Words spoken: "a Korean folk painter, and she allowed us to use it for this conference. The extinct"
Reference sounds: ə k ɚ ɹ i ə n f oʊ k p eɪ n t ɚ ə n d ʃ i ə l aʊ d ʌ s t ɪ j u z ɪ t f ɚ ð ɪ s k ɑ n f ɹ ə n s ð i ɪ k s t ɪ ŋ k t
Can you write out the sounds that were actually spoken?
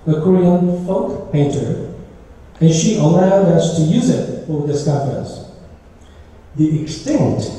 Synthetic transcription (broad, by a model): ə k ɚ ɹ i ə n f oʊ k p eɪ n t ɚ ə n ʃ i ə l aʊ d ʌ s t ɪ j u z ɪ t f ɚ ð ɪ s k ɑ f ə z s ð i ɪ k s t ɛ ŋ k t